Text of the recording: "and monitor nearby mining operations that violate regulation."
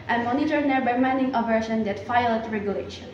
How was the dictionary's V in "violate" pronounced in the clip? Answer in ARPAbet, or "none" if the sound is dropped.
F